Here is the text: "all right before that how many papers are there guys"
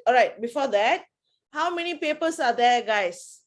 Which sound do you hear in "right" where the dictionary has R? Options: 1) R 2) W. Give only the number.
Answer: 1